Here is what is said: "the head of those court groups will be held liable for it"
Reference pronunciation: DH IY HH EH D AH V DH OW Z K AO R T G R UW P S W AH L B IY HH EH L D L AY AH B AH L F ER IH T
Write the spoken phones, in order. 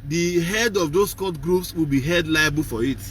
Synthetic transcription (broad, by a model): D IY HH EH D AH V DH OW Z K AO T G R UW P S W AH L B IY HH EH D L AY AH B AH L F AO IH T